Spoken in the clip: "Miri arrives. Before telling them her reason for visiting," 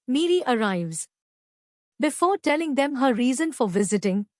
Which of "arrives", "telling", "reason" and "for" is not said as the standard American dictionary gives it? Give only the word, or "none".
none